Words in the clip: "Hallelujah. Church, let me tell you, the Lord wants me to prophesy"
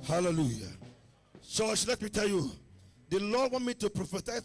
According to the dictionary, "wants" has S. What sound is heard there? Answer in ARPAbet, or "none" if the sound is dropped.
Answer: none